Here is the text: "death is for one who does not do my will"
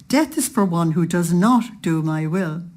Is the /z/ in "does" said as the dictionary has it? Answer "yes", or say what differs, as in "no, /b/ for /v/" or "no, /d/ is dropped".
yes